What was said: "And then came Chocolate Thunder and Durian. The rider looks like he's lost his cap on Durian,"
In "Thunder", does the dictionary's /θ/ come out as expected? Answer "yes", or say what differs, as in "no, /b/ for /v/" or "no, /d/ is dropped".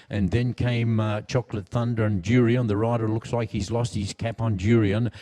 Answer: yes